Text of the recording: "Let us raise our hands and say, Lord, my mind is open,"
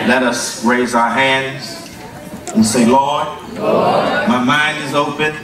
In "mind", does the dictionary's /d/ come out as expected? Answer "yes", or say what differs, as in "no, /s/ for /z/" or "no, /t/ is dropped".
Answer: yes